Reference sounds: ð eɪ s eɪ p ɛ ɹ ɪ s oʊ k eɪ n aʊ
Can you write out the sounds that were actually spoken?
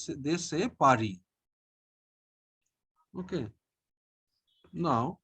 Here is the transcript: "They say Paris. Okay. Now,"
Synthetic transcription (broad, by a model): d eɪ s eɪ p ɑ ɹ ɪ oʊ k eɪ n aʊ